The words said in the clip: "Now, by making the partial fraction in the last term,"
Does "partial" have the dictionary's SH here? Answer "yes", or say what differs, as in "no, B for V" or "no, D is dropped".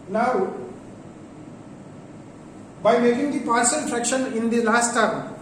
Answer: no, S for SH